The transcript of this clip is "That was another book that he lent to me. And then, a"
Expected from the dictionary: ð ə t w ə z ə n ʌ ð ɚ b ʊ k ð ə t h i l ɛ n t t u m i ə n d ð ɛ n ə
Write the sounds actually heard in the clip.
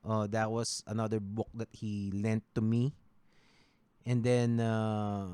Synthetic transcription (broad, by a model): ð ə t w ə s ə n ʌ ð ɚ b ʊ k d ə t h i l ɛ n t t u m i ə n d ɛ n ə